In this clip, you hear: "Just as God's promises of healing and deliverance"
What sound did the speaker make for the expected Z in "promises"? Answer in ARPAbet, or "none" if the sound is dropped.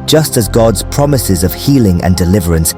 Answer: Z